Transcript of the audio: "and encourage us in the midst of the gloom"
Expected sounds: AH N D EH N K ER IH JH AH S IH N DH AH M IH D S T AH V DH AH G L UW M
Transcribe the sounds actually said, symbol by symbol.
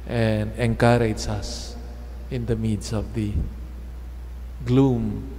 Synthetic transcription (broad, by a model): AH N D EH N K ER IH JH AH S IH N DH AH M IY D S AH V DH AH G L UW M